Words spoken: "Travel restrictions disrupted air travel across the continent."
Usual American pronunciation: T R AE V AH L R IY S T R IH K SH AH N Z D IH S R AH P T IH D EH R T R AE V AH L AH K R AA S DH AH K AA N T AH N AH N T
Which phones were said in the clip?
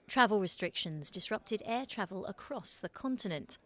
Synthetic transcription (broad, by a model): T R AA V AH L R IY S T R IH K SH AH N Z D IH S R AH P T IH D EH T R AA V AH L AH K R AA S DH AH K AA N T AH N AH N T